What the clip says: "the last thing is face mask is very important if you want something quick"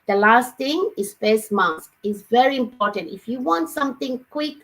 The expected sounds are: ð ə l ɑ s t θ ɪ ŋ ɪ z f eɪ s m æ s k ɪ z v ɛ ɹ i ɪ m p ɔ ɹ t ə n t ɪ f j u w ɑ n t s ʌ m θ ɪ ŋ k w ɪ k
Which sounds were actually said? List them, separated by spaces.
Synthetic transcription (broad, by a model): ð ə l ɑ s t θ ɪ ŋ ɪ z p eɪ s m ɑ s k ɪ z v ɛ ɹ i ɪ m p ɔ ɹ t ə n t ɪ f j u w ɑ n t s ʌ m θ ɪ ŋ k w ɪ k